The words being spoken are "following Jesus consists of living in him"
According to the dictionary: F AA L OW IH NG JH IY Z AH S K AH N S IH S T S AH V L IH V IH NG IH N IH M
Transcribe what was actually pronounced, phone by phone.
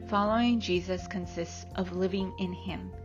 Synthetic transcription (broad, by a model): F AA L OW IH NG JH IY Z AH S K AH N S IH S T S AH V L IH V IH NG IH N IH M